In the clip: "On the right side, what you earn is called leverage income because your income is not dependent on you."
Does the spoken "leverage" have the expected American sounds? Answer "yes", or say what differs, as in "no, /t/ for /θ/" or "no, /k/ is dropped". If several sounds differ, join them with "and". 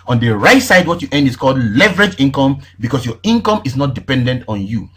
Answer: yes